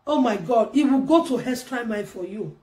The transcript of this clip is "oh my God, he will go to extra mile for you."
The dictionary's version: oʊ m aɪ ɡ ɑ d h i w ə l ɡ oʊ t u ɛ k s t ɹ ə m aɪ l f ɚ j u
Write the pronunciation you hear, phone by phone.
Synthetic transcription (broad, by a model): oʊ m aɪ ɡ ɑ d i w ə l ɡ oʊ t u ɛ s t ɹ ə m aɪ n f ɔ j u